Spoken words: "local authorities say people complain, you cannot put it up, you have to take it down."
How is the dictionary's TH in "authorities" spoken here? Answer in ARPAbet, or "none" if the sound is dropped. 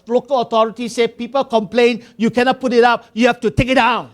T